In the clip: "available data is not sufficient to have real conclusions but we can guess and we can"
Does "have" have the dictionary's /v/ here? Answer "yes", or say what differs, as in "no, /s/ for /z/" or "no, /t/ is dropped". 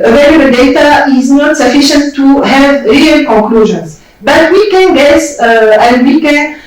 yes